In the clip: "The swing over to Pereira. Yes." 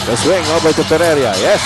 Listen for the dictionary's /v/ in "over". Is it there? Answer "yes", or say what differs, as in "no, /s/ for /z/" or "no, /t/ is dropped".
no, /b/ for /v/